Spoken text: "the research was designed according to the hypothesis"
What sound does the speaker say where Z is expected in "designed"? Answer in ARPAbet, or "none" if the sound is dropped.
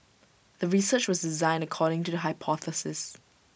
Z